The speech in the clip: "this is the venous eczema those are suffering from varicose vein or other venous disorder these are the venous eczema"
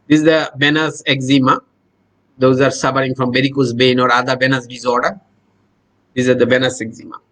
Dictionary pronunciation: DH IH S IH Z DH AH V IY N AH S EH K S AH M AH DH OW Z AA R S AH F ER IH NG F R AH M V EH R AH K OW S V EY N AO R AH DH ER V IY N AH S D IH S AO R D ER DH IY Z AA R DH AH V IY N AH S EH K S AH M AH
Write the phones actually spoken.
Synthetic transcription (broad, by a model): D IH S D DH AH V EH N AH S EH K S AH M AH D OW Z AA R S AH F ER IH NG F R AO M B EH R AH K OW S B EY N AO R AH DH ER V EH N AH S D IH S AO R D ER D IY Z AA R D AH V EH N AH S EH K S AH M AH